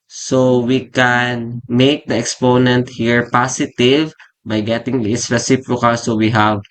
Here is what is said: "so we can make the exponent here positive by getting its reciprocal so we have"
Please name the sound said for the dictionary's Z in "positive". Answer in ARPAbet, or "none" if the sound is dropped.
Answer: S